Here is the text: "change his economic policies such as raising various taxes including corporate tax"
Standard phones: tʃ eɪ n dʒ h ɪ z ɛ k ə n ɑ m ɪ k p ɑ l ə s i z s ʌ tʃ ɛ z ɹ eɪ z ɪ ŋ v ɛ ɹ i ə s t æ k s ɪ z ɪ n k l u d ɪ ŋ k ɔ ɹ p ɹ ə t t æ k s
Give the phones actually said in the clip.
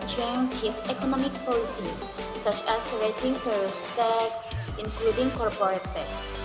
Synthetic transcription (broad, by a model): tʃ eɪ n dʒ h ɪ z ɛ k ə n ɑ m ɪ k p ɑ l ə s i s ʌ tʃ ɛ s ɹ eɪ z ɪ ŋ f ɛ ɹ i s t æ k s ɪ ɪ n k l u d ɪ ŋ k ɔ ɹ p ɹ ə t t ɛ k s